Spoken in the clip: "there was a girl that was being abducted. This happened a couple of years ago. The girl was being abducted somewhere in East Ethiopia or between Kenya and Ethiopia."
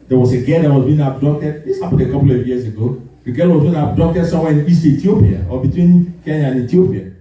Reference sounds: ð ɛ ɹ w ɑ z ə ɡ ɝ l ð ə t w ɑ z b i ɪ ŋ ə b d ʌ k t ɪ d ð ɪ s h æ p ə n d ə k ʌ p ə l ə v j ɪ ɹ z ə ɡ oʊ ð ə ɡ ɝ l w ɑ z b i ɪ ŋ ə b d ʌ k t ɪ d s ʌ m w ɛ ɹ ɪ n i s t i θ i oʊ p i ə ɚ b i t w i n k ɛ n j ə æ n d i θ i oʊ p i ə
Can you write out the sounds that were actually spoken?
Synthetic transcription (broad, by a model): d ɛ w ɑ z ə ɡ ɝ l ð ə t w ɑ z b i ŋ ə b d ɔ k t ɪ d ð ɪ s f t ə d ə k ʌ p l ə v j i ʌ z ə ɡ oʊ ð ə ɡ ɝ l w ɑ z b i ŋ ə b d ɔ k t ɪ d s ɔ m w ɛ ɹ ɪ n i s t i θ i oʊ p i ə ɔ b i t w i n k ɛ n j ə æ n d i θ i oʊ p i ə